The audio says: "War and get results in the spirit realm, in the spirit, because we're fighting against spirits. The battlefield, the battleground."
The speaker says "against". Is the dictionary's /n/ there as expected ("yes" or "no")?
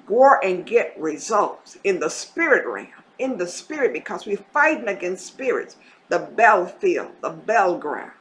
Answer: yes